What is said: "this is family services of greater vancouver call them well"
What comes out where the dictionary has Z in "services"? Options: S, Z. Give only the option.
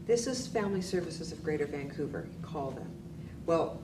Z